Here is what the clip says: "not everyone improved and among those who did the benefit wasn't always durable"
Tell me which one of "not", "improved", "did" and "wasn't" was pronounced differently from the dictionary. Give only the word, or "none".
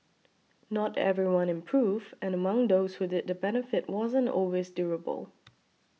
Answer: improved